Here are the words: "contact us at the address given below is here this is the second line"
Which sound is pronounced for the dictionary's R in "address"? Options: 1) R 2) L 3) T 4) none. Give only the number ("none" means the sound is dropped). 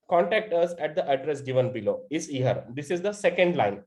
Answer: 1